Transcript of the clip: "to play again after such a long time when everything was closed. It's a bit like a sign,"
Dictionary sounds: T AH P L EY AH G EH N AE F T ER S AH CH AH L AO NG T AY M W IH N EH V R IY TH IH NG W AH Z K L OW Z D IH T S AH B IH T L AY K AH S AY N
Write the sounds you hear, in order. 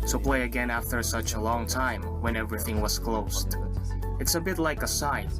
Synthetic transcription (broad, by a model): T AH P L EY AH G EH N AE F T ER S AH CH AH L AO NG T AY M W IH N EH V R IY TH IH NG W AH Z K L OW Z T IH T S AH B IH T L AY K AH S AY N